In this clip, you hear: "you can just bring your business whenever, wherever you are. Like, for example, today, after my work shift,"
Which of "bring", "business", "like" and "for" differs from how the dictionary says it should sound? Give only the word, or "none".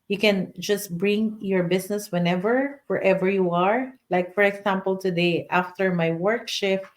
business